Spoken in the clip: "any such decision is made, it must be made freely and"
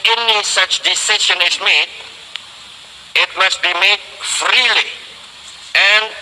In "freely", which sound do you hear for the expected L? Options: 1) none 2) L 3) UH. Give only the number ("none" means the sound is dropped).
2